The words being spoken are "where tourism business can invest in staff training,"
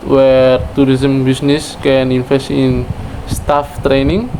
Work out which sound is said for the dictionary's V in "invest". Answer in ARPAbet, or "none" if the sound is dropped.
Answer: F